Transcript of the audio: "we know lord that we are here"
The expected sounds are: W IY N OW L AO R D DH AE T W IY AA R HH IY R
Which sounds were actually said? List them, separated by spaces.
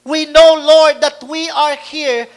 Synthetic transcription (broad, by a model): W IY N OW L AO R D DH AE T W IY AA R HH IY R